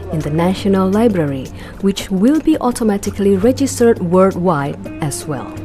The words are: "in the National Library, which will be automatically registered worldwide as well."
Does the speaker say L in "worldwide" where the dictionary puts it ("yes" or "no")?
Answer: no